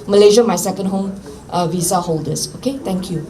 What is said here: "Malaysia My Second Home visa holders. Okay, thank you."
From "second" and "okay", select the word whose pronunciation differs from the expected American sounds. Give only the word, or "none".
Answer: none